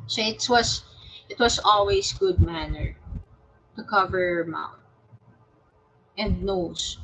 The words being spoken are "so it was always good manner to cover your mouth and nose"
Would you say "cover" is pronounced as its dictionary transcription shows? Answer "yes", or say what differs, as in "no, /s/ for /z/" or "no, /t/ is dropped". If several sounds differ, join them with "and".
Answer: yes